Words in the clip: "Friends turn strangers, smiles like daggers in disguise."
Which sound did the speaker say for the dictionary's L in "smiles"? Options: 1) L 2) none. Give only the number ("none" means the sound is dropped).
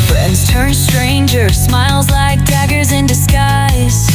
1